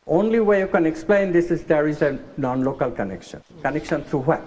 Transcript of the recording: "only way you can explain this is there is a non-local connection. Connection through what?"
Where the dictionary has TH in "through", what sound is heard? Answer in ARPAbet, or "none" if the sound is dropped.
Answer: T